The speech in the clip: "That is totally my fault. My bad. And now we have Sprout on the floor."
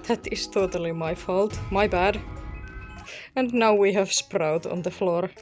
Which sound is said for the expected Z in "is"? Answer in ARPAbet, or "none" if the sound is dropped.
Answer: S